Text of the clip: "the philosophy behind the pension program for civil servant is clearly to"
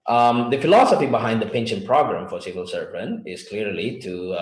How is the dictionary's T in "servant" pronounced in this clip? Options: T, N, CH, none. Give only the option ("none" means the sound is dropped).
none